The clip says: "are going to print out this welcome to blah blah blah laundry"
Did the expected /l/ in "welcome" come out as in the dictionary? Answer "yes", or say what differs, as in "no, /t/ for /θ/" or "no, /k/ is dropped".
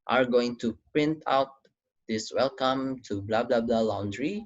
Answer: yes